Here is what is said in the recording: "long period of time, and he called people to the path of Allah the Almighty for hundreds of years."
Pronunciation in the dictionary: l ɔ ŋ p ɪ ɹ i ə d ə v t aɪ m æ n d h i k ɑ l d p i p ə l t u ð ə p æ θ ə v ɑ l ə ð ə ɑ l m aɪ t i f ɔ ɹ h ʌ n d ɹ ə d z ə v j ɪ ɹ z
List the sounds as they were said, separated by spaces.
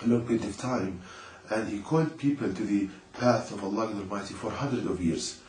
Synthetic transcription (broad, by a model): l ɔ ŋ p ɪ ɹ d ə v t aɪ m æ n d h i k ɑ l d p i p ə l t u ð ə p æ θ ə v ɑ l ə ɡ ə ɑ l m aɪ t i f ɔ ɹ h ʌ n d ɹ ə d ə v j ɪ ɹ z